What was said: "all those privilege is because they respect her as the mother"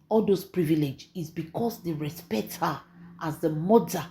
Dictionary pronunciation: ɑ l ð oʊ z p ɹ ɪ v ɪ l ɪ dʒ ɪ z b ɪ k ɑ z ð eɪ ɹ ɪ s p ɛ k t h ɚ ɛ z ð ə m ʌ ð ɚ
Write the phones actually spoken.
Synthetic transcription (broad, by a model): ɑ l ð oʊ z p ɹ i v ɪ l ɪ dʒ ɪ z b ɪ k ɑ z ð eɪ ɹ ɪ s p ɛ k t h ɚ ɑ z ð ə m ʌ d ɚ